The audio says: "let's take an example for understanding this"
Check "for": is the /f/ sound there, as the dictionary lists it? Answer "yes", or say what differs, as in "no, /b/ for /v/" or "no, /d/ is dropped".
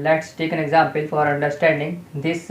yes